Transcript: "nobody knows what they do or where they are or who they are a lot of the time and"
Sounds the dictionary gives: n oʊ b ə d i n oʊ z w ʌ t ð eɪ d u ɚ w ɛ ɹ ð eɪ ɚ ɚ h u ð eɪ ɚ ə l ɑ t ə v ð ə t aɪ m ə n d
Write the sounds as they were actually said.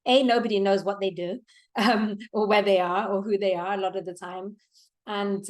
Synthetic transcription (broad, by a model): n oʊ b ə d i n oʊ z w ʌ t ð eɪ d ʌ ɚ w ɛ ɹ ð eɪ ɚ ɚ h u ð eɪ ɚ ə l ɑ t ə v ð ə t aɪ m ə n